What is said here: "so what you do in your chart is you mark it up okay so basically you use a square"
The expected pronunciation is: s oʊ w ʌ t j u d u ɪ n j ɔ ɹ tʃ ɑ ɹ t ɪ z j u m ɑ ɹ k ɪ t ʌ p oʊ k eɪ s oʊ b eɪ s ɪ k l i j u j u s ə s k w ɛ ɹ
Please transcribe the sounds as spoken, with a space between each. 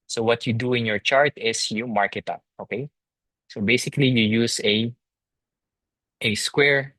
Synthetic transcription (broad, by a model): s oʊ w ʌ t j u d u ɪ n j ɔ ɹ tʃ ɑ ɹ t ɪ s j u m ɑ ɹ k ɪ t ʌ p oʊ k eɪ s oʊ b eɪ s ɪ k l i j u j u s ə s k w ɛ ɹ